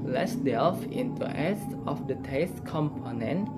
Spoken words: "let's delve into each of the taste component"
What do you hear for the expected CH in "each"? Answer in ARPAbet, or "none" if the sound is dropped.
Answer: S